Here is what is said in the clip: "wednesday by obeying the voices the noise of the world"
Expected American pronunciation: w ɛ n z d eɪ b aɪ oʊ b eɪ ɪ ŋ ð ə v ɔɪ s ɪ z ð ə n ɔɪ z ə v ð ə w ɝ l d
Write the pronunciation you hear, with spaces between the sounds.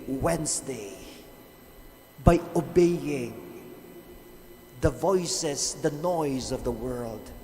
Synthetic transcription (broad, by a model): w ɛ n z d eɪ b aɪ oʊ b eɪ ɪ ŋ ð ə v ɔɪ s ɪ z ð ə n ɔɪ z ə v ð ə w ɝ l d